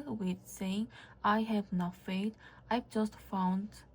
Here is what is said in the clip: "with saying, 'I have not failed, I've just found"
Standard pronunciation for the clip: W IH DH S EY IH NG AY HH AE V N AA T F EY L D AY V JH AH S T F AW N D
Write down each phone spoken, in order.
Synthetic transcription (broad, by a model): W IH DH S EY IH NG AY HH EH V N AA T F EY D AY V JH AH S T F AW N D